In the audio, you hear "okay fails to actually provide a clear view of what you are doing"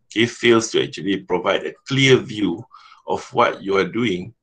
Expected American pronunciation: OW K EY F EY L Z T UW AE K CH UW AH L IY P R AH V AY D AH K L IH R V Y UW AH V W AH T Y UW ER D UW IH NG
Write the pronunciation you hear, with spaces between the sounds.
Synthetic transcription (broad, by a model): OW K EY F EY L S T UW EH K CH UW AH L IY P R AH V AY D AH K L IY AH V Y UW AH F W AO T Y UW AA D UW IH NG